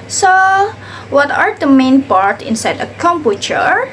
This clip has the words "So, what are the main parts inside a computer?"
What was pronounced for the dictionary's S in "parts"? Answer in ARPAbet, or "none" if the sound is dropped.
none